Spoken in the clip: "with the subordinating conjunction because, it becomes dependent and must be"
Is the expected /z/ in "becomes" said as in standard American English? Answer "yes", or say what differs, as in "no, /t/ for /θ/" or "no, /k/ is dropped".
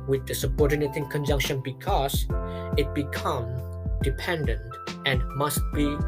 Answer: no, /z/ is dropped